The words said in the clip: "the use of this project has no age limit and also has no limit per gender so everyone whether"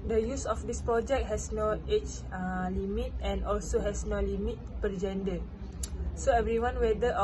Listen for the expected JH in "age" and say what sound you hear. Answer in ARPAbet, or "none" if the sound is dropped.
CH